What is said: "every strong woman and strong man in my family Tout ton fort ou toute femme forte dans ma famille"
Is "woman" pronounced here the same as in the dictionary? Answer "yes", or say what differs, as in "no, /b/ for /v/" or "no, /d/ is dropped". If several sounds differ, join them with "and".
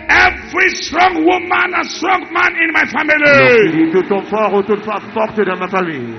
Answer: yes